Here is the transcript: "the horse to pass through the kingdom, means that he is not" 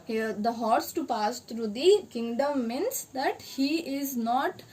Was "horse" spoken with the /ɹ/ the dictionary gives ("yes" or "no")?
yes